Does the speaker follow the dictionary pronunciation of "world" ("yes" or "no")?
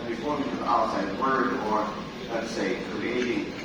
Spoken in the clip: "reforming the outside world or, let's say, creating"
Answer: no